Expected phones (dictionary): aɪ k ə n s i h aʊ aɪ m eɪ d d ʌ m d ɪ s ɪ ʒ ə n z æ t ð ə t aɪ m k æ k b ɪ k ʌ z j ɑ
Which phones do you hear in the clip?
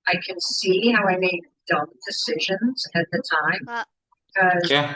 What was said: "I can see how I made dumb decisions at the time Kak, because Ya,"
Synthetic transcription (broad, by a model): aɪ k ə n s i h aʊ aɪ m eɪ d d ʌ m d ɪ s ɪ ʒ ə n z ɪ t ð ə t aɪ m b ɪ k ʌ z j